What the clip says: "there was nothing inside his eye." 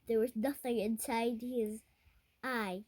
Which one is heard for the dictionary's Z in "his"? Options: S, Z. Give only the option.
Z